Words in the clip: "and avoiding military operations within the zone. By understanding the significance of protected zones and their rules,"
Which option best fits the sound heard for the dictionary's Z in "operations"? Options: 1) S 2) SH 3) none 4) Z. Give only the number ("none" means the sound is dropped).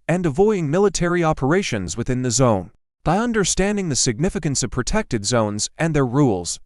4